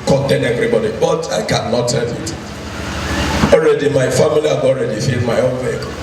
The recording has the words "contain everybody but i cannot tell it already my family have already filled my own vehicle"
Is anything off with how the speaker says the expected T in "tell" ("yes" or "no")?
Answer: yes